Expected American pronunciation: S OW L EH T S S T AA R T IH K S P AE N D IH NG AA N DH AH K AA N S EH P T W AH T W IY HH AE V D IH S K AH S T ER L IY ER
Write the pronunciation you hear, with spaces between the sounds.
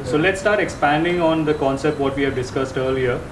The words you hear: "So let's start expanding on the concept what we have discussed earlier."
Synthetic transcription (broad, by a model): S OW L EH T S S T AA R T IH K S P AE N D IH NG AA N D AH K AA N S EH P T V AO T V IY HH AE V D IH S K AH S T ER L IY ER